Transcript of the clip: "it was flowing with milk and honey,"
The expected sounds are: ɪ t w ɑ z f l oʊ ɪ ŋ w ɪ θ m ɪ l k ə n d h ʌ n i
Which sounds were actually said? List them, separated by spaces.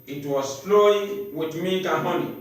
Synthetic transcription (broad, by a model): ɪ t w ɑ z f l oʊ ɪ w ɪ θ m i k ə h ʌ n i